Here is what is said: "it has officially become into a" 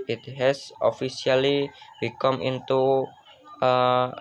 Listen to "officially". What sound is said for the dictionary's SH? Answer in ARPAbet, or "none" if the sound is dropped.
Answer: S